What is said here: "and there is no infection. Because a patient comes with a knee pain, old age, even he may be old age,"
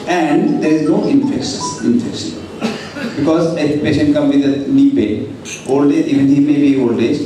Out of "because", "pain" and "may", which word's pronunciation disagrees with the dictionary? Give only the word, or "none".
pain